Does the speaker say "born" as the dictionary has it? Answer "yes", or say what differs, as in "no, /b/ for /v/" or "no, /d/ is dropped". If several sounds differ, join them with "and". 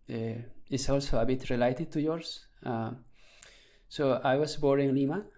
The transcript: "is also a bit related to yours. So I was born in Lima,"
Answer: no, /n/ is dropped